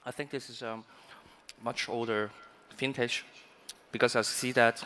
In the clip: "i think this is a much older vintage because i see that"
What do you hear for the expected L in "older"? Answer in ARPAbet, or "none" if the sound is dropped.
L